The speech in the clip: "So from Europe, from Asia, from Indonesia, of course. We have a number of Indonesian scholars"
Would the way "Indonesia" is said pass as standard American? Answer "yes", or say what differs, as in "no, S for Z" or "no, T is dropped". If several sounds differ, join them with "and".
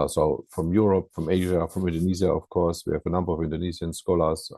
no, Z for ZH